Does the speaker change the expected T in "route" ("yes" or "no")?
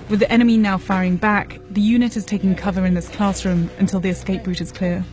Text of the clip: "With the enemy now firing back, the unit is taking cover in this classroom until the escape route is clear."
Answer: no